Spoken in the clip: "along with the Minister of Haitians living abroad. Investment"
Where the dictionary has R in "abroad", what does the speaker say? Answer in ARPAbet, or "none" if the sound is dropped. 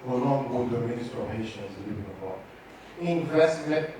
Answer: none